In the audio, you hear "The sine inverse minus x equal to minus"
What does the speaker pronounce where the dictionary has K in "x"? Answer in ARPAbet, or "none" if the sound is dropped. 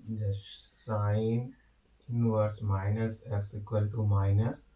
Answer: none